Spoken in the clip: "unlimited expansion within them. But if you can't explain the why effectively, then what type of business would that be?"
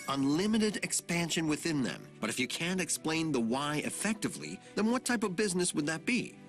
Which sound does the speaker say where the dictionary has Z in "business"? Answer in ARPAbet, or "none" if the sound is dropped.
Z